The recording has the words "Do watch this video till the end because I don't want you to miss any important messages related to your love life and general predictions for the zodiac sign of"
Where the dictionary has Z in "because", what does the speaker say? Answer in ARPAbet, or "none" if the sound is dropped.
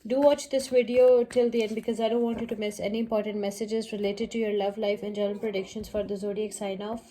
Z